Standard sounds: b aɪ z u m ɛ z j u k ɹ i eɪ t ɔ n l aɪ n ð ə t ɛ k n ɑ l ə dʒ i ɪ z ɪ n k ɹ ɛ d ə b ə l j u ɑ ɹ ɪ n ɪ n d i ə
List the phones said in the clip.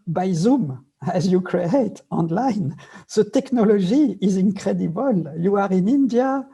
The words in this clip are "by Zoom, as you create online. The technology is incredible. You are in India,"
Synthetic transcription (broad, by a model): b aɪ z u m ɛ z j u k ɹ i eɪ t ɔ n l aɪ n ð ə t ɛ k n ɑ l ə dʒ i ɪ z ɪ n k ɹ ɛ d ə b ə l j u ɑ ɹ ɪ n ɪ n d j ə